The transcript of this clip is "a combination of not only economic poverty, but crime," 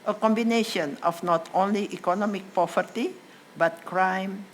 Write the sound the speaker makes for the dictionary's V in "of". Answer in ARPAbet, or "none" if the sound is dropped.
F